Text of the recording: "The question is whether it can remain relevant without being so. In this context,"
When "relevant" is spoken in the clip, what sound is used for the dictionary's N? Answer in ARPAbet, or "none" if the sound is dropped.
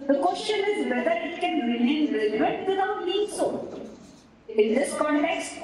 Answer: none